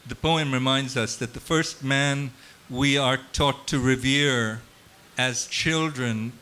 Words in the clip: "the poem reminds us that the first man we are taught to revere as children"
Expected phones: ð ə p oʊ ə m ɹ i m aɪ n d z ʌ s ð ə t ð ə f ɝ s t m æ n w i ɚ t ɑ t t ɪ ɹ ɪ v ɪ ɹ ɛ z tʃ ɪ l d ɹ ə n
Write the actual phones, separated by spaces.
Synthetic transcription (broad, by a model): ð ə p oʊ ə m ɹ i m aɪ n d z ʌ s ð ə t ð ə f ɝ s t m æ n w i ɚ t ɑ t t ɪ ɹ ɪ v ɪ ɹ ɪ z tʃ ɪ l d ɹ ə n